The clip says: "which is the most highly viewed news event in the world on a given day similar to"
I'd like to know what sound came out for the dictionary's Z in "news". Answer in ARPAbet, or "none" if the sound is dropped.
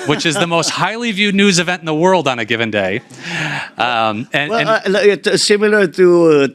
Z